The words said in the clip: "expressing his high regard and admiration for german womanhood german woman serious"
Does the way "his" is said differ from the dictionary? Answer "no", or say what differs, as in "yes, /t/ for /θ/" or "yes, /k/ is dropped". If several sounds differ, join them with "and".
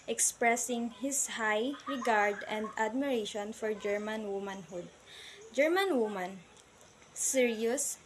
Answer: yes, /s/ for /z/